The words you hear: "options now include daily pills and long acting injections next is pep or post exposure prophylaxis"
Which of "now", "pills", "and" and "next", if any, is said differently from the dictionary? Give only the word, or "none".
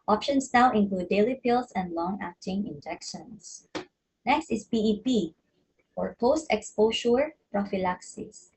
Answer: pills